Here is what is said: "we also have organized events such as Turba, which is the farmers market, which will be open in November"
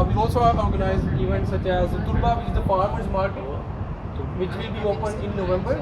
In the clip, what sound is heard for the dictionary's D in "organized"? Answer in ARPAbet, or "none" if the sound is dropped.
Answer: none